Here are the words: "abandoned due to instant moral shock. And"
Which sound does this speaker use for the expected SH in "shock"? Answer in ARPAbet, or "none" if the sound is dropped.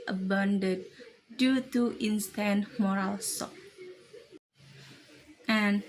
S